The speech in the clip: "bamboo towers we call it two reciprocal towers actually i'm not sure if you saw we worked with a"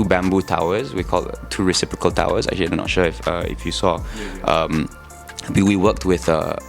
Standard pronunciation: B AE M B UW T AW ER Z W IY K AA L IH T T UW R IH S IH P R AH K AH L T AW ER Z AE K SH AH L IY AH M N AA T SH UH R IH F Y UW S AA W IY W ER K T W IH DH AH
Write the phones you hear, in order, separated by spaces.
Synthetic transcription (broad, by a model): B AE M B UW T AW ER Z W IY K AA L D T UW R IH S IH P R AH K AH L T AW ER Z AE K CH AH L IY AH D N AA T SH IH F IH F Y UW S AA W IY W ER K T W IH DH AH